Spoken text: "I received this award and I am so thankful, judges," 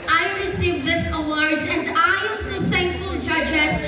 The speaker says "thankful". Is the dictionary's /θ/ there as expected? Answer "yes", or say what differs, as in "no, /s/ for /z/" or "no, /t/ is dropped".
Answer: yes